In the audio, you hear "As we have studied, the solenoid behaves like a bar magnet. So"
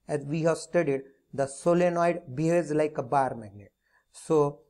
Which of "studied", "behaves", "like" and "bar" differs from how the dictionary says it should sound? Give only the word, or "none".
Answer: behaves